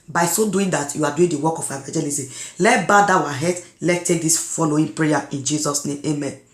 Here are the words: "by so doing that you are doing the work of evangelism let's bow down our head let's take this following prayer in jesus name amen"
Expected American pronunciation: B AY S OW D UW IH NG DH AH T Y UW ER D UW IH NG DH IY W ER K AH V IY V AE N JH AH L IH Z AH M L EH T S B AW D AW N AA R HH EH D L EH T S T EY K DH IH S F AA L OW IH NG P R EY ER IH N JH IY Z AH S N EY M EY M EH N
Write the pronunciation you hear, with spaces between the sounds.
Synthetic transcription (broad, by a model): B AY S OW D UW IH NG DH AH T Y UW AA D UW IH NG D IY W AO K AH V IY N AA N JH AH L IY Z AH L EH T B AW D AW AA HH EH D L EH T T EY K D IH S F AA L OW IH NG P R EY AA IH N JH IY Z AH S N EY M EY M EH N